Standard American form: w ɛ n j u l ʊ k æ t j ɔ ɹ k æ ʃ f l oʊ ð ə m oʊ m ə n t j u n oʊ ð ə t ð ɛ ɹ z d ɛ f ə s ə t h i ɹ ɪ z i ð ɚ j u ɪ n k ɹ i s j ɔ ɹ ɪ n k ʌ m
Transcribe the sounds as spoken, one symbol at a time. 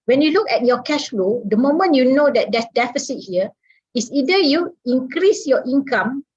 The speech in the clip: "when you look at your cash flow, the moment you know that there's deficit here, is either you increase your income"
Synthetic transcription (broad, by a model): w ɛ n j u l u k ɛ t j ɔ k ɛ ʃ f l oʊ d ə m oʊ m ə n j u n oʊ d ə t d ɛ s d ɛ f ə s ə t h i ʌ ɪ s i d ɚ j u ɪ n k ɹ i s j ɔ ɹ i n k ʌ m